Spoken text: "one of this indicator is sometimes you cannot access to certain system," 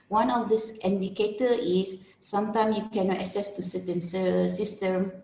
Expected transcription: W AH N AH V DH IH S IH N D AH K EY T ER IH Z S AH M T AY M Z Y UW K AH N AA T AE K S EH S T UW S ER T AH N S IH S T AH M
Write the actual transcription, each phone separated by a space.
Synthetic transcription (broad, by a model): W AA N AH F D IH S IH N D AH K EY T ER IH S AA M T AY M Y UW K AH N AA T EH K S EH S T UW S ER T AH N S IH S T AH M